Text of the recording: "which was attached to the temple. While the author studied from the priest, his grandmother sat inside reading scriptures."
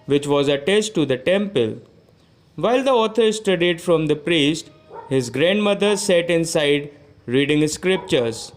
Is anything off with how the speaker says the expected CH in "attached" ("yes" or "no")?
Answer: yes